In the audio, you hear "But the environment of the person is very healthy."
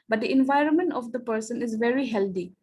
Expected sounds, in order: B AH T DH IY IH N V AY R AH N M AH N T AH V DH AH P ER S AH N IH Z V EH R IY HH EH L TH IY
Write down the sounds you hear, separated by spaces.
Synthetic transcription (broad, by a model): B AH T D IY IH N V AY R AH N M AH N T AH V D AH P ER S AH N IH Z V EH R IY HH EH L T IY